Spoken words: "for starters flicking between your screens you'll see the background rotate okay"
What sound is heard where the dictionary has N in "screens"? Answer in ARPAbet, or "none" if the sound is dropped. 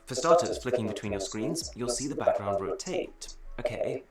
N